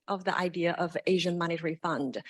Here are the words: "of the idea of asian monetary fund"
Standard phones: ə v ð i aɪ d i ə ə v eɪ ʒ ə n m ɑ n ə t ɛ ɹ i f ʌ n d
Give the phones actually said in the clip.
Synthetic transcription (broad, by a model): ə v ð i aɪ d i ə ə v eɪ ʒ ə n m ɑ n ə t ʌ ɹ i f ʌ n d